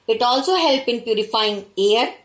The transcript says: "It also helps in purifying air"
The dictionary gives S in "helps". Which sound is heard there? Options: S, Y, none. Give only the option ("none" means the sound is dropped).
none